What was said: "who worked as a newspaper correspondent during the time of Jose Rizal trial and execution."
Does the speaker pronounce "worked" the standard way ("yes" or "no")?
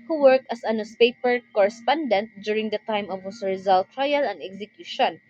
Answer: yes